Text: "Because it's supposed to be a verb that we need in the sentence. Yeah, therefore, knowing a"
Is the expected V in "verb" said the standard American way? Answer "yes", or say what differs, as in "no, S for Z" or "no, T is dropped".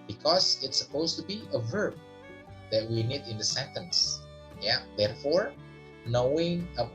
yes